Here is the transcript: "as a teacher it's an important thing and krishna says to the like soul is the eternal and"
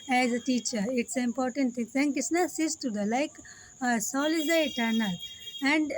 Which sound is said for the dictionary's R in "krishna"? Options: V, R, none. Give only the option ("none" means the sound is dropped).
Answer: none